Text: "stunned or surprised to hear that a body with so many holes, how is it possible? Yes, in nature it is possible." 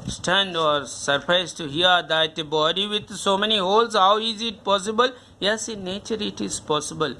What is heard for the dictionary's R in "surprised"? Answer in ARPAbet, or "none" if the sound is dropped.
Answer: none